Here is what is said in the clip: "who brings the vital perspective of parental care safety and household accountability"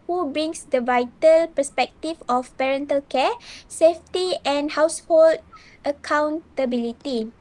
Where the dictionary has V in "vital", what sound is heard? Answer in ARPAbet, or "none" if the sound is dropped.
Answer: V